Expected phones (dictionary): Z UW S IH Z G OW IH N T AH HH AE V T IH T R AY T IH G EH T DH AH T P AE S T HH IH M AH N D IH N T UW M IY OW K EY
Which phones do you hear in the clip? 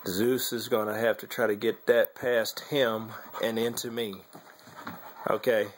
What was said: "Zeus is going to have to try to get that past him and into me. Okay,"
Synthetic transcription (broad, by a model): Z UW S IH Z G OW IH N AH HH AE F T IH T R AY T IH G EH T DH AH T P AE S T HH IH M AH N IH N T UW M IY OW K EY